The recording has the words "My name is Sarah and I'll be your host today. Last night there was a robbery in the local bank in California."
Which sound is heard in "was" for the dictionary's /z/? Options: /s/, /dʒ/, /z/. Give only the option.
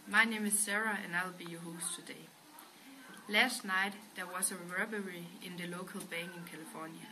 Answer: /s/